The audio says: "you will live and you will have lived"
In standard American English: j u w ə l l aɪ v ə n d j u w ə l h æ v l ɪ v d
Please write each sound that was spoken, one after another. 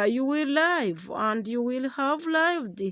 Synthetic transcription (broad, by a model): j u w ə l l aɪ v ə n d j u w ə l h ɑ v l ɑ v d